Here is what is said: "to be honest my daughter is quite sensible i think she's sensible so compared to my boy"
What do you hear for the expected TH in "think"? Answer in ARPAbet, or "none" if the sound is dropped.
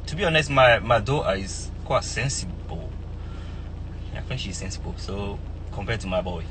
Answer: F